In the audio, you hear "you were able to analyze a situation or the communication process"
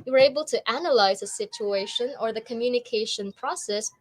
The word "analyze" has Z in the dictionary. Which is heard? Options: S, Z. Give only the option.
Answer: Z